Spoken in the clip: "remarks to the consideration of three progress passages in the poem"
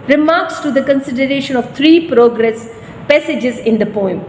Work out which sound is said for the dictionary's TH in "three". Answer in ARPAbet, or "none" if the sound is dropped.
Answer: T